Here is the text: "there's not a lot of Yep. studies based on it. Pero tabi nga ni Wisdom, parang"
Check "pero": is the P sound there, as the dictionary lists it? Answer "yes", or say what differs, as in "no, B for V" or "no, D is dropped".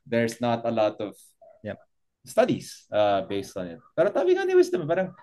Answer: yes